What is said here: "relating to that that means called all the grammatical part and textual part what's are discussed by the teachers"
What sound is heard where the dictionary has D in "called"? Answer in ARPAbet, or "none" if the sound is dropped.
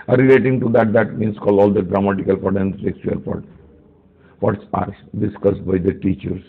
none